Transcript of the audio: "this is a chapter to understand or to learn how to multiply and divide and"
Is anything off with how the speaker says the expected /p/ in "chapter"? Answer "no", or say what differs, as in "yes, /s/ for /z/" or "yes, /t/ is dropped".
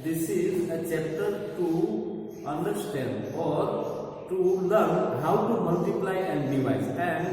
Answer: yes, /p/ is dropped